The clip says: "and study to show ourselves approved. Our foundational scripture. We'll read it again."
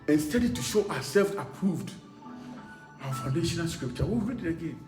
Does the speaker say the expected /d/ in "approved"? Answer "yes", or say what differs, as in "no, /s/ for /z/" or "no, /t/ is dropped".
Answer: yes